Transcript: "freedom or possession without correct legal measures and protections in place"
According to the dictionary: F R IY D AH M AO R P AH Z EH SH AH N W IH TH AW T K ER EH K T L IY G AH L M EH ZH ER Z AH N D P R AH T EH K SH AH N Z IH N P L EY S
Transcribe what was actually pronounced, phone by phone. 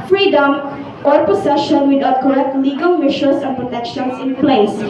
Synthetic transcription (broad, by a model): F R IY D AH M AO R P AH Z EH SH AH N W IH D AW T K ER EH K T L IY G AH L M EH SH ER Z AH N P R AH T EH K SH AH N S IH N P L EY S